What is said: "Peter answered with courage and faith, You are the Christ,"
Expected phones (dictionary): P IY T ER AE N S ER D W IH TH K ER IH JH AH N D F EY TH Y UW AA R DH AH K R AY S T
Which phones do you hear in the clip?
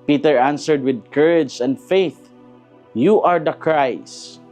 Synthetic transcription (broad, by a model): P IY T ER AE N S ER D W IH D K ER IH JH AH N D F EY TH Y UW AA R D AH K R AY S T